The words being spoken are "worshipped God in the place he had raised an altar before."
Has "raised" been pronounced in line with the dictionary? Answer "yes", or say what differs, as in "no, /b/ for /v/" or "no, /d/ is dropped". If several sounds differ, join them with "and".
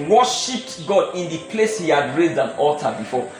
yes